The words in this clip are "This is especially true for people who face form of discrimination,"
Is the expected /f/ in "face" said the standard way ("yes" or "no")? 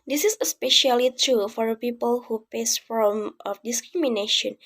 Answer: no